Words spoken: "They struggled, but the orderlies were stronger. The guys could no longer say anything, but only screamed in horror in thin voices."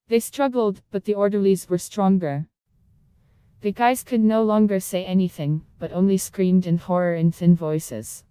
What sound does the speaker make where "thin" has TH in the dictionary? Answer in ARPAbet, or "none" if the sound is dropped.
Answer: TH